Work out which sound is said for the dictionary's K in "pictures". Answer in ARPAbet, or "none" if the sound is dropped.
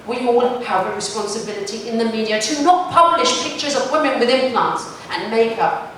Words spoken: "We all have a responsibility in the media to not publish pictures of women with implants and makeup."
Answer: K